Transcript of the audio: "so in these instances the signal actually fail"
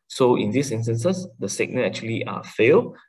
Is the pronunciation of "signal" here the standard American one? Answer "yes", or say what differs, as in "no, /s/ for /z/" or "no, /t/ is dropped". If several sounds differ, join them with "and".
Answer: no, /n/ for /l/